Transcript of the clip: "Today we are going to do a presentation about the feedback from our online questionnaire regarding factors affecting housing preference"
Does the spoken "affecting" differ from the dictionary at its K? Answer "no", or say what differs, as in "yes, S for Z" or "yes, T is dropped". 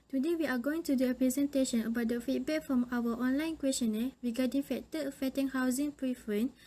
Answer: yes, K is dropped